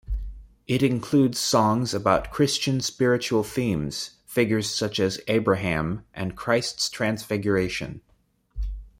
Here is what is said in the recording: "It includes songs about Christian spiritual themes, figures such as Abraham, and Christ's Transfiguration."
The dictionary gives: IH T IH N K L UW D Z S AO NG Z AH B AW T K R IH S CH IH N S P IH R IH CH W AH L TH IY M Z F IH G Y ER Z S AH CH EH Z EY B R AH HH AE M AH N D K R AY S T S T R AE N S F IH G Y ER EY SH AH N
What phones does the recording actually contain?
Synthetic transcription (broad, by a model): IH T IH N K L UW D Z S AO NG Z AH B AW T K R IH S CH IH N S P IH R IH CH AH L TH IY M Z F IH G Y ER Z S AH CH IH Z EY B R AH HH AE M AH N K R AY S T S T R AE N S F IH G Y ER EY SH AH N